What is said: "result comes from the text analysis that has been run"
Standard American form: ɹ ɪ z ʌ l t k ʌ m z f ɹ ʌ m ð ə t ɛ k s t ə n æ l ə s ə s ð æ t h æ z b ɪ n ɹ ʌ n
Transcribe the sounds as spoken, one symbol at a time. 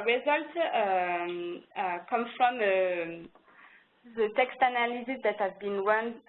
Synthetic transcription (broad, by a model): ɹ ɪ z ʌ l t k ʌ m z f ɹ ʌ m ð ə t ɛ k s t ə n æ l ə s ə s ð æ t h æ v b ɪ n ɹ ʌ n